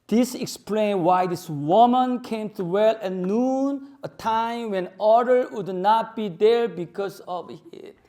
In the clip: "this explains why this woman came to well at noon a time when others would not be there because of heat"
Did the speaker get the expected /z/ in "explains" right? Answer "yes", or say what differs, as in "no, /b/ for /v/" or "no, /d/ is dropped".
no, /z/ is dropped